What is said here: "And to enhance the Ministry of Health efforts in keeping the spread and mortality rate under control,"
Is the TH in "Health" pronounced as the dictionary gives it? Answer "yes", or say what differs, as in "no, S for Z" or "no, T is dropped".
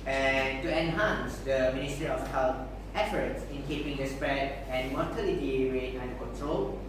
no, F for TH